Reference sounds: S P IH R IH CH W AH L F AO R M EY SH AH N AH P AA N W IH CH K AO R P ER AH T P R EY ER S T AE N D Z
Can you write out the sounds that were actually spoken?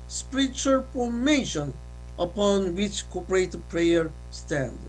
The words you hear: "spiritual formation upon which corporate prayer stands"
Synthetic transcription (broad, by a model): S P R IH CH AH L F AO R M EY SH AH N AH P AA N W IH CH K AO P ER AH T P R EY ER S T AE N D